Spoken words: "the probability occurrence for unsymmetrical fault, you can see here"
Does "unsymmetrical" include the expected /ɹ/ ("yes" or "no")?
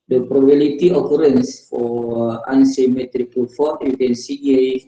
yes